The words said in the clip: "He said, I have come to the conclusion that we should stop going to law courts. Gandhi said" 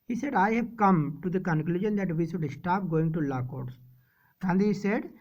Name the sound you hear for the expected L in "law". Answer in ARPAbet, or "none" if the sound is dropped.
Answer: L